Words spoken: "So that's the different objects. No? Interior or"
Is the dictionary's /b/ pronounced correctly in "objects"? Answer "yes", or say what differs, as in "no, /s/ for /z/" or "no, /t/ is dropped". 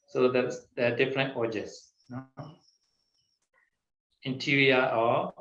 no, /b/ is dropped